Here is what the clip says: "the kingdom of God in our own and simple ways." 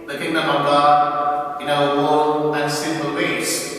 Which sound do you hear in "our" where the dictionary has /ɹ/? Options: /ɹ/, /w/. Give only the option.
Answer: /w/